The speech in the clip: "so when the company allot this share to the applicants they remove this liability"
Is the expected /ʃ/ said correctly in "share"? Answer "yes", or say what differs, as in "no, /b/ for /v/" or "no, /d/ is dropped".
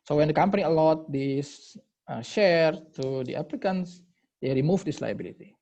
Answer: yes